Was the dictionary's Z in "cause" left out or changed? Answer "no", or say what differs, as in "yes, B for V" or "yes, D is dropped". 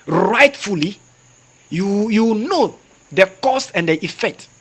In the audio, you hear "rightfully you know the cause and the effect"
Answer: yes, S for Z